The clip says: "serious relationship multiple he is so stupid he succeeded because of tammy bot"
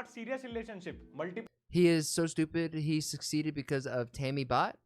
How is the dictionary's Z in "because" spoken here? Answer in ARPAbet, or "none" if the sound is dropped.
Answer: Z